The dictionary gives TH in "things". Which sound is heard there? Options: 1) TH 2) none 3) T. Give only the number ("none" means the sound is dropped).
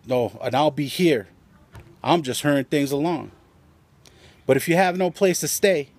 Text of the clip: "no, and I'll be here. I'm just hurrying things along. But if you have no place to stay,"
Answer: 1